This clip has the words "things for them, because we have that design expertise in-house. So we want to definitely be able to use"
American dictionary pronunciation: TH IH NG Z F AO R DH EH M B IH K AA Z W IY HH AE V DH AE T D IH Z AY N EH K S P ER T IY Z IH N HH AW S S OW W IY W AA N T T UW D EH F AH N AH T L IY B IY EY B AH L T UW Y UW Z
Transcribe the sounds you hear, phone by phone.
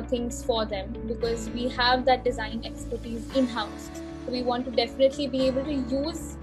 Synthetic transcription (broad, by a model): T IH NG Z F AO R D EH M B IH K AA Z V IY HH AE V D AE T D IH Z AY N EH K S P ER T IY Z IH N HH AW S S OW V IY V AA N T T UW D EH F AH N AH T L IY B IY EY B AH L T UW Y UW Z